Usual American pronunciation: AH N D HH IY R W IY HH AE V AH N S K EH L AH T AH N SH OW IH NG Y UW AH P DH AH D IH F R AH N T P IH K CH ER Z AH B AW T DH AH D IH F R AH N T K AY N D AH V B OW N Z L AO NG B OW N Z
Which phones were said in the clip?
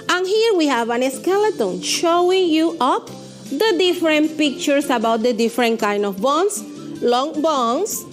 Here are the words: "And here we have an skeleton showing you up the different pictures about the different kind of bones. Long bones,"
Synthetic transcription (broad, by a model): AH N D HH IY R W IY HH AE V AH N S K EH L AH T AH N SH OW IH NG Y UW AH P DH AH D IH F R AH N T P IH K CH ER S AH B AW T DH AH D IH F R AH N T K AY N D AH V B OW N S L AO NG B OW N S